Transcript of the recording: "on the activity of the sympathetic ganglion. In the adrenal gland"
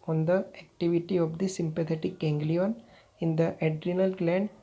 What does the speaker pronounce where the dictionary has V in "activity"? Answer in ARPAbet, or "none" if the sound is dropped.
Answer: V